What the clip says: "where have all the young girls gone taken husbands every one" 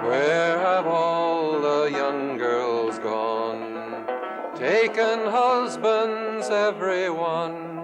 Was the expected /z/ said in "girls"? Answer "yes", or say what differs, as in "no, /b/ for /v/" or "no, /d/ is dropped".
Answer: yes